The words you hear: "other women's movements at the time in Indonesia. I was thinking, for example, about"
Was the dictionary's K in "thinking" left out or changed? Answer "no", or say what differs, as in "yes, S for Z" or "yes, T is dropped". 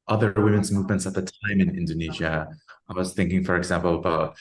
no